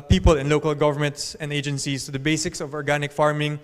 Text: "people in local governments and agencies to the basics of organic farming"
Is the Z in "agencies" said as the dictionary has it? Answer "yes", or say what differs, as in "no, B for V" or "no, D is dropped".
no, S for Z